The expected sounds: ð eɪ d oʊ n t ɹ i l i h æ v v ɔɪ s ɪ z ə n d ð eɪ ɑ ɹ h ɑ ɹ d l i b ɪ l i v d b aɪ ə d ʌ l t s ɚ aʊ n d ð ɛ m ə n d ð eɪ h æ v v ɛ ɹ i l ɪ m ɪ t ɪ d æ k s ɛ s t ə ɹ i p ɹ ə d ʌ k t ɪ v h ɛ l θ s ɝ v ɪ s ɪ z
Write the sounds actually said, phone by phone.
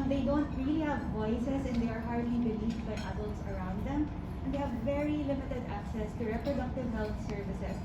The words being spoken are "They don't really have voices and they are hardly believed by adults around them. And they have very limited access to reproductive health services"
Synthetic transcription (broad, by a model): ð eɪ d oʊ n t ɹ i l i h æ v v ɔɪ s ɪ s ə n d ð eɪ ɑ ɹ h ɑ ɹ d l i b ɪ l i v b aɪ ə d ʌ l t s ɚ aʊ n d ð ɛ m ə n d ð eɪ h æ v v ɛ ɹ i l ɪ m ɪ t ɪ d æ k s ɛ s t ə ɹ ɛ p ɹ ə d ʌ k t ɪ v h ɛ l θ s ɝ v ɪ s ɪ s